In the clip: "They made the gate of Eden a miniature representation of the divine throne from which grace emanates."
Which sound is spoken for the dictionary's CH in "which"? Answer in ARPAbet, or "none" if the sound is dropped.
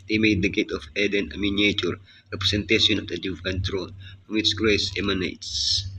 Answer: S